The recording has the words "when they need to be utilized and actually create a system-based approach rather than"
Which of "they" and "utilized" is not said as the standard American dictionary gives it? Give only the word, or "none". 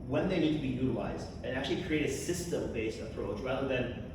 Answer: none